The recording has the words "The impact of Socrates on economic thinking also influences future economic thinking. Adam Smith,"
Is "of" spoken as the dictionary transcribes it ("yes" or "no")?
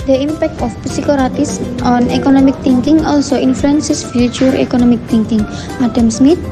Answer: no